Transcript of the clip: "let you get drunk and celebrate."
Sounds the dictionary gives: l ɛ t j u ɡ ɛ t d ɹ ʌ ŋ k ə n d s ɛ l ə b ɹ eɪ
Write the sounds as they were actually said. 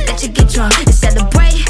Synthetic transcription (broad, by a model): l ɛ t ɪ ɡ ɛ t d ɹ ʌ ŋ ə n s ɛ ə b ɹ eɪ